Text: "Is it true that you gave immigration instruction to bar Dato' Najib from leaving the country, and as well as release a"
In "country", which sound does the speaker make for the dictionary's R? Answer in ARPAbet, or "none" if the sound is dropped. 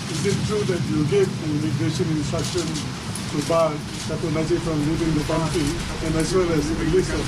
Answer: none